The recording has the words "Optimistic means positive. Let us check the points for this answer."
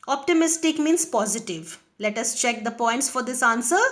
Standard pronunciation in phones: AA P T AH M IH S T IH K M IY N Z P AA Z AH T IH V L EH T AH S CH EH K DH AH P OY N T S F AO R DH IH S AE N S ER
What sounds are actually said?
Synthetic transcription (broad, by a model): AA P T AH M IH S T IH K M IY N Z P AA Z AH T IH V L EH T AH S CH EH K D AH P OY N T S F AO R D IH S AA N S ER